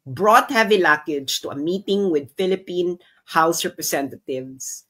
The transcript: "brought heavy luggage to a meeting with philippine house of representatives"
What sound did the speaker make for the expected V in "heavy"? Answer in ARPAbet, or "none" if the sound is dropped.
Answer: V